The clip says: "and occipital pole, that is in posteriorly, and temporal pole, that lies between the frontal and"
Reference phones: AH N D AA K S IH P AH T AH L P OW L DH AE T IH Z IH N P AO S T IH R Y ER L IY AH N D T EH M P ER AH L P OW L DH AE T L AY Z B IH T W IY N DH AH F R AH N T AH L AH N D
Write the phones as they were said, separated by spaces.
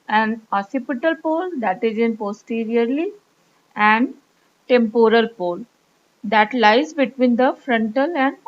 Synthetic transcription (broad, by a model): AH N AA S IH P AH T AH L P OW L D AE T IH Z IH N P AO S T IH R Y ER L IY AH N D T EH M P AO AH L P OW L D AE T L AY Z B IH T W IY N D AH F R AH N T AH L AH N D